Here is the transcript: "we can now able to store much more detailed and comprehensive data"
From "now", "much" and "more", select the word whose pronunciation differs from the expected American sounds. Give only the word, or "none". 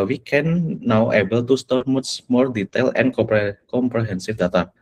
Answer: much